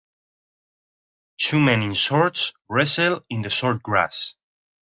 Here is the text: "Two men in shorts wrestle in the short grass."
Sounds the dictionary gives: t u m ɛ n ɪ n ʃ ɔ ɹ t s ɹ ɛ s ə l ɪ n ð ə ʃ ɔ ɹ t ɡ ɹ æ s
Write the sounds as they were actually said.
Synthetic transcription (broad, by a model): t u m ɛ n ɪ n s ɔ ɹ t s ɹ ɛ s ə l ɪ n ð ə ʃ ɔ ɹ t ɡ ɹ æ s